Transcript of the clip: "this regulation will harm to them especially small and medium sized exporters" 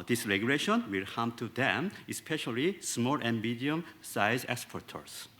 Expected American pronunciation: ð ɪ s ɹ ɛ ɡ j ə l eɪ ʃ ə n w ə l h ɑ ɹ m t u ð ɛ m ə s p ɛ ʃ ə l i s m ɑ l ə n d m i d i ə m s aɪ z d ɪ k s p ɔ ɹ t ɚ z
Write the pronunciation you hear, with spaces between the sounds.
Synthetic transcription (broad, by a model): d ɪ s ɹ ɛ ɡ j ə l eɪ ʃ ə n w ə l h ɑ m t u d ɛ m ə s p ɛ ʃ ə l i s m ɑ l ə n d m i d i ə m s aɪ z ɪ k s p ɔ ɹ t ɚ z